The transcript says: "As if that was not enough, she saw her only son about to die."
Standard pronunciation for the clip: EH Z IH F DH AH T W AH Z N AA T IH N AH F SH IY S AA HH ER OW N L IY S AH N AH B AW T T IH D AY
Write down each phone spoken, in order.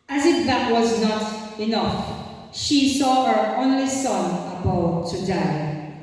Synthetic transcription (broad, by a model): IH Z IH F DH AH T W AH Z N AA T IH N AH F SH IY S AA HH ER OW N L IY S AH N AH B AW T T IH D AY